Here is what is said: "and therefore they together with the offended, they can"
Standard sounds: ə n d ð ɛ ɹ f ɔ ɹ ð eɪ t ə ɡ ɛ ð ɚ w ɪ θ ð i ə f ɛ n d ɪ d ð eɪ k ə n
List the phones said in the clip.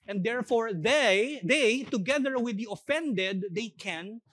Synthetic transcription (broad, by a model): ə n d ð ɛ ɹ f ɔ ɹ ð eɪ t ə ɡ ɛ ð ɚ w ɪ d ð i ə f ɛ n d ɪ d eɪ k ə n